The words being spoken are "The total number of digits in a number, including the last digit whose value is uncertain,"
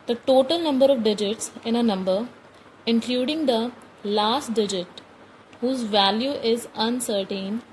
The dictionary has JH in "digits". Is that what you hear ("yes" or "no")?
yes